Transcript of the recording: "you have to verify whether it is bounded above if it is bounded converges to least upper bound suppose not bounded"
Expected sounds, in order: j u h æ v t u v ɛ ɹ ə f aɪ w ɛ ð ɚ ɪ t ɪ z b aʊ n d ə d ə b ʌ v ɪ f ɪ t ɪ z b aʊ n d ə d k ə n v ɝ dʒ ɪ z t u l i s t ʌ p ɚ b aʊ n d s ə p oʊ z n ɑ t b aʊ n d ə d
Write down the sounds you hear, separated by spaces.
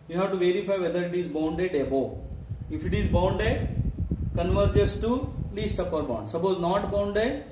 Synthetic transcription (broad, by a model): j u h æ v t u v ɛ ɹ ə f aɪ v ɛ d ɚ ɪ t ɪ z b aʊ n d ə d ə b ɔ ɪ f ɪ t ɪ z b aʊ n d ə k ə n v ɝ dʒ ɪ s t u l i s t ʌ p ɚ b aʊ n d s ə p oʊ z n ɑ t b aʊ n d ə